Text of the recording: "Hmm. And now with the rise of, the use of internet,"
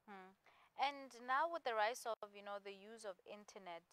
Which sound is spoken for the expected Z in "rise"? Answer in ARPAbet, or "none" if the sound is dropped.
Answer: S